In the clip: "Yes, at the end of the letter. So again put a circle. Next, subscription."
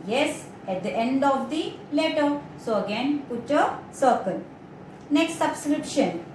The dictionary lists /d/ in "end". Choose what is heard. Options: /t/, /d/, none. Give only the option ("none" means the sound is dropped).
/d/